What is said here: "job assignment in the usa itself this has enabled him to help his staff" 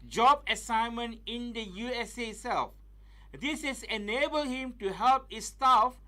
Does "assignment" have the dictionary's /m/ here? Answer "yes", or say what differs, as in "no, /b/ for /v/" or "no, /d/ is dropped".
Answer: yes